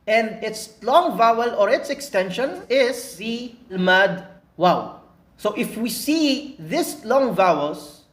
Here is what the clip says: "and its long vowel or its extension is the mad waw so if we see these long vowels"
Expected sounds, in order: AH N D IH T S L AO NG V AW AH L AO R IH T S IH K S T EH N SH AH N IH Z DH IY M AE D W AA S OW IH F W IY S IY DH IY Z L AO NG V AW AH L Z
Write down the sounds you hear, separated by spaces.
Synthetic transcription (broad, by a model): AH N D IH T S L AO NG V AW AH L AO R IH T S IH K S T EH N SH AH N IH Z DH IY M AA D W AA S OW IH F W IY S IY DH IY S L AO NG V AW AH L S